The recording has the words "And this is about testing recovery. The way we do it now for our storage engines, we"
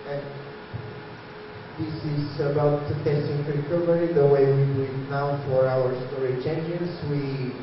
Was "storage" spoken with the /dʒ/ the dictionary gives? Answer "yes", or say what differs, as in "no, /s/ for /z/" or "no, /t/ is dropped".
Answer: no, /tʃ/ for /dʒ/